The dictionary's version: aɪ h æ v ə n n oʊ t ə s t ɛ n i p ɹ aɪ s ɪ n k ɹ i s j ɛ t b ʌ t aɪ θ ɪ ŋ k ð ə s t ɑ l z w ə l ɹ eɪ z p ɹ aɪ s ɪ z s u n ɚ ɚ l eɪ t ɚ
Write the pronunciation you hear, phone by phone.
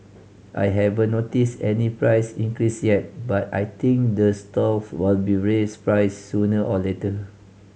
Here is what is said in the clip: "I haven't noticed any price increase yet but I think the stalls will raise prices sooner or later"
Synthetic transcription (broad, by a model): aɪ h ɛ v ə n n oʊ t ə s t ɛ n i p ɹ aɪ s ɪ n k ɹ i s j ɛ t b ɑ t aɪ t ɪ ŋ k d ə s t ɑ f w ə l ɹ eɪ s p ɹ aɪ ɪ s u n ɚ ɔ l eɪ t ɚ